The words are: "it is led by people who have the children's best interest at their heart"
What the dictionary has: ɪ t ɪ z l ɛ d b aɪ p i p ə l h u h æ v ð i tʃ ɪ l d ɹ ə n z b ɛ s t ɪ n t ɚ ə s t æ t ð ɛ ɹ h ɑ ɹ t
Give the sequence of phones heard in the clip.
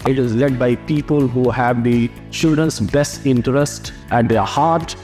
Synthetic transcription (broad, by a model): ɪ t ɪ z l ɛ d b aɪ p i p ə l h u h æ v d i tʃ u d ə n s b ɛ s t ɪ n t ɚ ə s t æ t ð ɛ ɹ h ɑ ɹ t